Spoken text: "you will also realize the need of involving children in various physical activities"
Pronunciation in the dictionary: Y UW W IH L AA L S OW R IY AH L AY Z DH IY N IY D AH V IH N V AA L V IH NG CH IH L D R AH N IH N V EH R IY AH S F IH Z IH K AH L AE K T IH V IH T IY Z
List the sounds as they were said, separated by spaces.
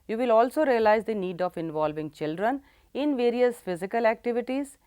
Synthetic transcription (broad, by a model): Y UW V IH L AA L S OW R IY AH L AY Z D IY N IY D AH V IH N V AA L V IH NG CH IH L D R AH N IH N V EH R IY AH S F IH Z IH K AH L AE K T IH V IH T IY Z